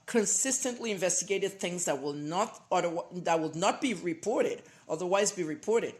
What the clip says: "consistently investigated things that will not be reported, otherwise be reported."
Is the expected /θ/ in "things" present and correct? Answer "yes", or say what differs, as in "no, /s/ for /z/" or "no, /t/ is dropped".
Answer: yes